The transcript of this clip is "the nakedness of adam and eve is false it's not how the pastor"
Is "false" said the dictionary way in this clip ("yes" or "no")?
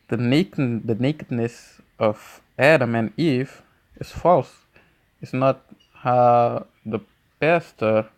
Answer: yes